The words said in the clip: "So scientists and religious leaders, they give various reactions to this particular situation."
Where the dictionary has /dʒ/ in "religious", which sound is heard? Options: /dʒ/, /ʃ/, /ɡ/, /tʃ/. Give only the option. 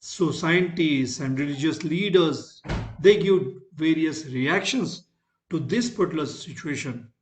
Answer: /dʒ/